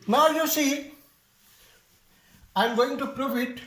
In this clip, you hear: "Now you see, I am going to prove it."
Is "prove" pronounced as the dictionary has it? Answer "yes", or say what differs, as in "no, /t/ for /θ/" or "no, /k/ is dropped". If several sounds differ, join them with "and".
no, /f/ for /v/